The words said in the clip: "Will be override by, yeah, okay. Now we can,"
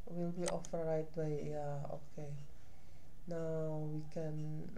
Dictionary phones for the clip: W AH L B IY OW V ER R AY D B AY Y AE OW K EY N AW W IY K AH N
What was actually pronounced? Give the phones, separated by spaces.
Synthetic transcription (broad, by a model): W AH L B IY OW F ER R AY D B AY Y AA OW K EY N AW W IY K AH N